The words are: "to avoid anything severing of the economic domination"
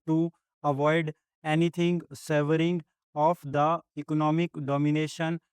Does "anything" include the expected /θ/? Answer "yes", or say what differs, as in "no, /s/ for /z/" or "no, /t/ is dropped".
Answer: no, /t/ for /θ/